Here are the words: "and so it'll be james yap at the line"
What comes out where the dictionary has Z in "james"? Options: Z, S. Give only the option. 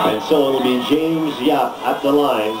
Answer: Z